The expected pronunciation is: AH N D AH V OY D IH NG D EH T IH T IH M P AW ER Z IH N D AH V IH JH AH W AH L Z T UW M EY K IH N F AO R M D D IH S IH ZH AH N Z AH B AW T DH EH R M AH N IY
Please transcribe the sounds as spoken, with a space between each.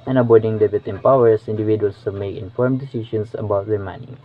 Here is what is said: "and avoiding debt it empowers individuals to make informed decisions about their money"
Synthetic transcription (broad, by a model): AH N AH B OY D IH NG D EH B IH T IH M P AW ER S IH N D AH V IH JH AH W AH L S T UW M EY K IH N F AO R M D D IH S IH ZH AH N S AH B AW T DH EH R M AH N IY